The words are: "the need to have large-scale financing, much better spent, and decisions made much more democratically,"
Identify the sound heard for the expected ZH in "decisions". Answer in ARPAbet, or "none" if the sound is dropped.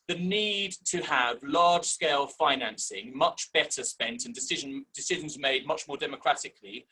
ZH